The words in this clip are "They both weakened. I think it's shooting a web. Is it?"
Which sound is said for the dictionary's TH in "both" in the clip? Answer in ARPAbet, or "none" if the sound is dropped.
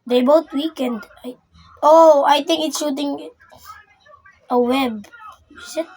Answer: T